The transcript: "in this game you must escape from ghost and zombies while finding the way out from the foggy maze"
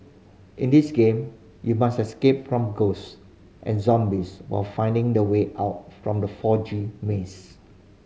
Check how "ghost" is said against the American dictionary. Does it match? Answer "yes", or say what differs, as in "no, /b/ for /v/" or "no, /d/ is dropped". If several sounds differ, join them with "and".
yes